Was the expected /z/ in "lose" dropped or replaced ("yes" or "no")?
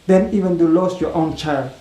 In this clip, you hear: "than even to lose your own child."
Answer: yes